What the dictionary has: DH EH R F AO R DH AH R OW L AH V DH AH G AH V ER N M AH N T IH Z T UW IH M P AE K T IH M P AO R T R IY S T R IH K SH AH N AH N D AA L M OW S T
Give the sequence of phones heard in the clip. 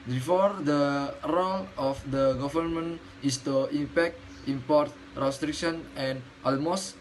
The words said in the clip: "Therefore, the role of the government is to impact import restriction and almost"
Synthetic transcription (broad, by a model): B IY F AO R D AH R OW L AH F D AH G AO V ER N M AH N IH S T UW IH M P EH K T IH M P AO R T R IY S T R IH K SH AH N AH N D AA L M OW S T